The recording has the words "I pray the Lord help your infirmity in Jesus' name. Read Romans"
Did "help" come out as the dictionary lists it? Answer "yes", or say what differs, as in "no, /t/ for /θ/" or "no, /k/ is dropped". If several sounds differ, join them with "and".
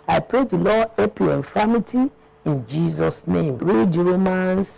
no, /l/ is dropped